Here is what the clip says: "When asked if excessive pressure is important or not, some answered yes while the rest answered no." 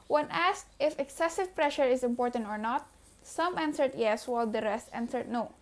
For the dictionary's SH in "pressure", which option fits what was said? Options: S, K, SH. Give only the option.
SH